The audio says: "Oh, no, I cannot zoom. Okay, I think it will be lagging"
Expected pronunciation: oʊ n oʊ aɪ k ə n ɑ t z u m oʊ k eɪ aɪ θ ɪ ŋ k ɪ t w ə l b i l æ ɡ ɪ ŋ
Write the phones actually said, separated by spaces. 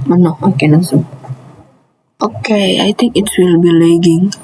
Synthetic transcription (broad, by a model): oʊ n oʊ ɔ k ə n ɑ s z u oʊ k eɪ aɪ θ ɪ ŋ k ɪ t w ə l b i l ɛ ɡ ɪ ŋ